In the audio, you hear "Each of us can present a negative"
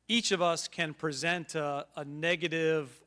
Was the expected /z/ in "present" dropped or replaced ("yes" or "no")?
no